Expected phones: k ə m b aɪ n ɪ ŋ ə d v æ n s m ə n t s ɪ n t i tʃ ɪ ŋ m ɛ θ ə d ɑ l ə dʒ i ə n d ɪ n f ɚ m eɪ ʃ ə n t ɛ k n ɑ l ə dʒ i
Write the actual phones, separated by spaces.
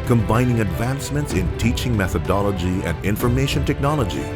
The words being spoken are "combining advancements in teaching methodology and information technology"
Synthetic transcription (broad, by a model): k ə m b aɪ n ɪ ŋ ə d v æ n s m ə n t s ɪ n t i tʃ ɪ ŋ m ɛ θ ə d ɑ l ə dʒ i ə n d ɪ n f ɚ m eɪ ʃ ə n t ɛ k n ɑ l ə dʒ i